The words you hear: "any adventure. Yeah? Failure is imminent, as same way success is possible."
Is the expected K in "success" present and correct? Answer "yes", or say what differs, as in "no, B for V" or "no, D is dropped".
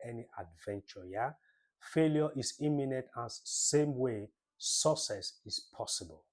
no, K is dropped